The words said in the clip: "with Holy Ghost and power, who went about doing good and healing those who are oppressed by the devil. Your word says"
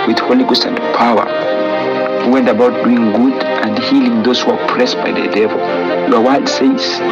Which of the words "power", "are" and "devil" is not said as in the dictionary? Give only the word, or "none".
none